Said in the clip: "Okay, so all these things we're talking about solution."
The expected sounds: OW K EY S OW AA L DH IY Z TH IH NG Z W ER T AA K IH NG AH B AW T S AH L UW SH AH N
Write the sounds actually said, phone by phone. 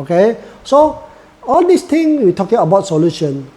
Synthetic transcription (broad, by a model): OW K EY S OW AA L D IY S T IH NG W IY T AA K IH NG AH B AW T S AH L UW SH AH N